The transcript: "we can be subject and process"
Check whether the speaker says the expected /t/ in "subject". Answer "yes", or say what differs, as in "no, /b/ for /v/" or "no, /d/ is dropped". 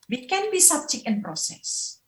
no, /t/ is dropped